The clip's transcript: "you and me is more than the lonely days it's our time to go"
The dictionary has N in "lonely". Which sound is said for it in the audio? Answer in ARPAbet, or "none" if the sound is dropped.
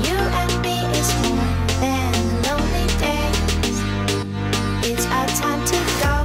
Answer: N